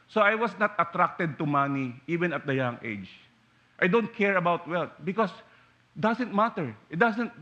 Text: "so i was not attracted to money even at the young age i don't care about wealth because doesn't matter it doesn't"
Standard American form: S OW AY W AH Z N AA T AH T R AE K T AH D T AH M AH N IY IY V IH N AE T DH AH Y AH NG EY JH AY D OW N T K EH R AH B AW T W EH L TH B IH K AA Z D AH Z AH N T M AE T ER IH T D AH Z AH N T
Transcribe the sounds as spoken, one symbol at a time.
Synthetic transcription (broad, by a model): S OW AY W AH S N AA T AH T R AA K T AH D T AH M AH N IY IY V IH N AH T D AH Y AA NG EY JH AY D OW N T K EH R AH B AW T W EH L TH B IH K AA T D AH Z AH N T M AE T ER IH T D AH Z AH N T